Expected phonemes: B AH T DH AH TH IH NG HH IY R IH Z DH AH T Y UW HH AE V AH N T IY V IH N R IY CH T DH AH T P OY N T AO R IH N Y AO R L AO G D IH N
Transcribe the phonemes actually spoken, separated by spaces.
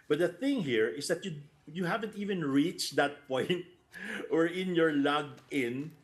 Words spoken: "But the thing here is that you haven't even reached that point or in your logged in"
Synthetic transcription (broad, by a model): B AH T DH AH TH IH NG HH IY R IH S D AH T Y UW HH AE V AH N T IY V IH N R IY CH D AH T P OY N T AO R IH N Y AO R L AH G IH N